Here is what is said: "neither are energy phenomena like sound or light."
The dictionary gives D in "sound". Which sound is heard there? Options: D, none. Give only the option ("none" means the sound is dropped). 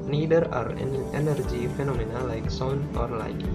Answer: none